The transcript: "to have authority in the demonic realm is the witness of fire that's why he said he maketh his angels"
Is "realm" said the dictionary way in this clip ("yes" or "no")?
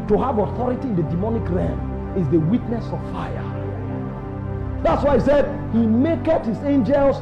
no